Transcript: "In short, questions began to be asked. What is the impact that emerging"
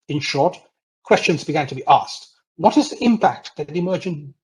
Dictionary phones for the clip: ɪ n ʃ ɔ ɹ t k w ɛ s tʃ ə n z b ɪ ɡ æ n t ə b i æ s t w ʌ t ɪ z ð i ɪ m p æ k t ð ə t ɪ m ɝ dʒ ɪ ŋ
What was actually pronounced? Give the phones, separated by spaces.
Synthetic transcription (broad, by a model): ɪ n ʃ ɔ ɹ t k w ɛ s tʃ ə n z b ɪ ɡ æ n t ə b i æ s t w ʌ t ɪ z ð i ɪ m p æ k t ð ə t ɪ m ɝ dʒ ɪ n